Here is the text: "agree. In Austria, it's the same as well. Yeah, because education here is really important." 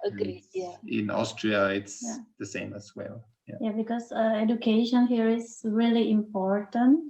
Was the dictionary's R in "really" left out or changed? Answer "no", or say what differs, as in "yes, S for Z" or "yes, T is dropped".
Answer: no